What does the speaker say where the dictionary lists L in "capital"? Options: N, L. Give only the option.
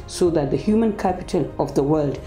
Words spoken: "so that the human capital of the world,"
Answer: L